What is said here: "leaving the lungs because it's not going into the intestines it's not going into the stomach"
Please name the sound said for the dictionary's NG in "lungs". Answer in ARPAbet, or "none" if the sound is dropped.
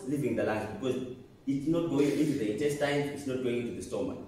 none